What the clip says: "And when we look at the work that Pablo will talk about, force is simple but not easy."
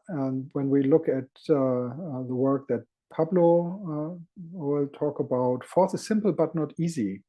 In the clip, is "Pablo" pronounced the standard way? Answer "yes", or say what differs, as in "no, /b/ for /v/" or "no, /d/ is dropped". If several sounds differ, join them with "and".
yes